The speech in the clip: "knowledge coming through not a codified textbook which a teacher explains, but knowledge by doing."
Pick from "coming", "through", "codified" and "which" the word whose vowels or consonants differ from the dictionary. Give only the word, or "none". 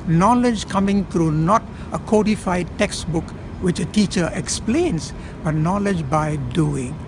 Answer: through